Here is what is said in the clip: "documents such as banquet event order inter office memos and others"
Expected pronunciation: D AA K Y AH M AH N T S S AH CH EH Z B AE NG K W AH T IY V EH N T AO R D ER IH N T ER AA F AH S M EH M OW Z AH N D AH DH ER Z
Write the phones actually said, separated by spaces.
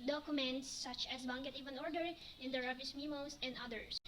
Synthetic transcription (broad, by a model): D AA K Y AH M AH N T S S AH CH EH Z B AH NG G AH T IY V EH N AO R D ER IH N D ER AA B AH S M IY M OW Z AH N D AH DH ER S